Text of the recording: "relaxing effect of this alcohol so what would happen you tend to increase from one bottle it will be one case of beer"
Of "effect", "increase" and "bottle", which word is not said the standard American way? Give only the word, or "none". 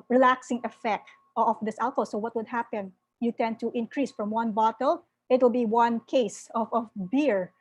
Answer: none